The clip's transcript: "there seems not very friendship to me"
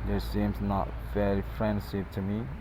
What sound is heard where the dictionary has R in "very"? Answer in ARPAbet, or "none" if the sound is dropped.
L